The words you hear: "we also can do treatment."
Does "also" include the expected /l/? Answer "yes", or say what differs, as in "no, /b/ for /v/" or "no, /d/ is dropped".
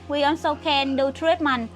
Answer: no, /n/ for /l/